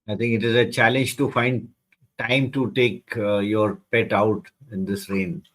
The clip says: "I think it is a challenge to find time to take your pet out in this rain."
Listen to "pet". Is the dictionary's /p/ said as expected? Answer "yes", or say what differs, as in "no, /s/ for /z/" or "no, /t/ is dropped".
yes